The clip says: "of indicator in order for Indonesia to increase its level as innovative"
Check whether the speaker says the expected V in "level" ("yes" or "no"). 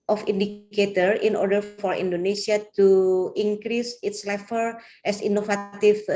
no